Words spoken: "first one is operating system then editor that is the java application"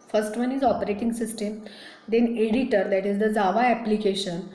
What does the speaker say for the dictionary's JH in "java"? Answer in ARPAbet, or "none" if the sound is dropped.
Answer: Z